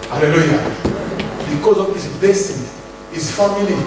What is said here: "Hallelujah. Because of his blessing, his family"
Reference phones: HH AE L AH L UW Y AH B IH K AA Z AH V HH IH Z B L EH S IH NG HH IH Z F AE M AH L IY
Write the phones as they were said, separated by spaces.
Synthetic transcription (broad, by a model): HH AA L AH L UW Y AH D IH K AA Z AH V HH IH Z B EH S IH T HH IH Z F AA M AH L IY